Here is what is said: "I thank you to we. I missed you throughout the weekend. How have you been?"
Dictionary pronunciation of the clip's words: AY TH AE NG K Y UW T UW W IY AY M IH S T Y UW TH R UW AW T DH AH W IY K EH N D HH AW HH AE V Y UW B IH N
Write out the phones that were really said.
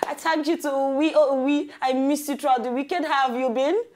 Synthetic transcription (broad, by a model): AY T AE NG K Y UW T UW W IY AY M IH S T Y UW T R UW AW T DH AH W IY K EH N D HH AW V Y UW B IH N